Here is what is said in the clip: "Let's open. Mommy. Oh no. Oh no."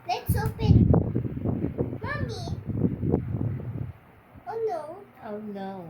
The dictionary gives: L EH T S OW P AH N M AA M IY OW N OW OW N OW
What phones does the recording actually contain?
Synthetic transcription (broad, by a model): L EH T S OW F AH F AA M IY OW N OW OW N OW